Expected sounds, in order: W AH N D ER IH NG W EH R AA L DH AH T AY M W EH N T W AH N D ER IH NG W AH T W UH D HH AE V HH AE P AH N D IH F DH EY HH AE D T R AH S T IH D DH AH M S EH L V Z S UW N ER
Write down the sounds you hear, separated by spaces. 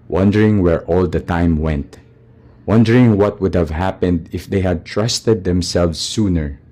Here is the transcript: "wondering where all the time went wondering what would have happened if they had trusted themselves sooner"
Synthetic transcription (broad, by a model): W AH N D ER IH NG W EH R AA L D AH T AY M W EH N T W AH N D ER IH NG W AH T W UH D HH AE V HH AE P AH N D IH F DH EY HH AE D T R AH S T IH D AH M S EH L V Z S UW N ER